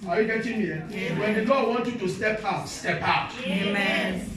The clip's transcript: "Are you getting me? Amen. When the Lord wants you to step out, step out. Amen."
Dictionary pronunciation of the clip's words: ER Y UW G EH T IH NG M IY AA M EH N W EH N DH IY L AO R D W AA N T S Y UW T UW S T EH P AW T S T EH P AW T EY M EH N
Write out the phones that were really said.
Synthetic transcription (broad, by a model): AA Y UW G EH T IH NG M IY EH W EH N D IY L AO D W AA N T Y UW T UW S T EH P AW T S T EH P AW T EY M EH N